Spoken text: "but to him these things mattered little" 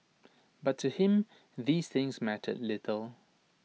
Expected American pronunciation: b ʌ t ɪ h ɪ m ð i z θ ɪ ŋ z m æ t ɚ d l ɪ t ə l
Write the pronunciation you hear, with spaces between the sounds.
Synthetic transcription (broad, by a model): b ʌ t ɪ h ɪ m ð i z θ ɪ ŋ z m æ t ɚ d l ɪ t ə l